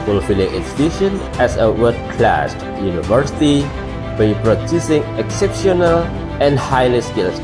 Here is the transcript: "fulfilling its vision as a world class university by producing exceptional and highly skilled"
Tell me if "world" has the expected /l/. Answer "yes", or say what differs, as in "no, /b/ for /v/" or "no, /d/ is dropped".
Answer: no, /l/ is dropped